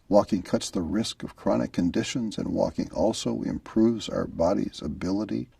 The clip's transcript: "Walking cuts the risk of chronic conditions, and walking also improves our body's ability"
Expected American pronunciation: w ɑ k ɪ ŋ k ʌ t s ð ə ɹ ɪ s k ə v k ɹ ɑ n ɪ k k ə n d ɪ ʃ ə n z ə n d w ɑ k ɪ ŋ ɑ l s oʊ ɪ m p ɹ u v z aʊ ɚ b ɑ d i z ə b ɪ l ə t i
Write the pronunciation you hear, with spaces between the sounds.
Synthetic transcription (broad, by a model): w ɑ k ɪ ŋ k ʌ t s ð ə ɹ ɪ s k ə v k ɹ ɑ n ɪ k k ə n d ɪ ʃ ə n z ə n w ɑ k ɪ ŋ ɑ l s oʊ ɪ m p ɹ u v z aʊ ɚ b ɑ d i z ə b ɪ l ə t i